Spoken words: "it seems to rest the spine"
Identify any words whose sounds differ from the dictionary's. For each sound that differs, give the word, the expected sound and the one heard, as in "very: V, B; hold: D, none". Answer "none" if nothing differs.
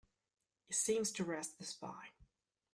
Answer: spine: N, none